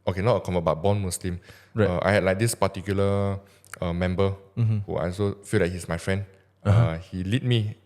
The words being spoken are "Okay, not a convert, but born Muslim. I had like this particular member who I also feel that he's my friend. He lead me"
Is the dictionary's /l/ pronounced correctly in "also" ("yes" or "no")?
no